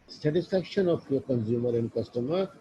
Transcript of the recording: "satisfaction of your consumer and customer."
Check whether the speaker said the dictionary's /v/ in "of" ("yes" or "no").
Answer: no